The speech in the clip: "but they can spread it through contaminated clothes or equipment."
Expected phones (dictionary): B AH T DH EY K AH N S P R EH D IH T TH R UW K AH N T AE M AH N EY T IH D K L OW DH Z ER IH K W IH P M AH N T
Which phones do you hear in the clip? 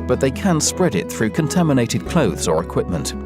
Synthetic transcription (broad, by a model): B AH T DH EY K AH N S P R EH D IH T TH R UW K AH N T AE M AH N EY T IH D K L OW DH Z ER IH K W IH P M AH N T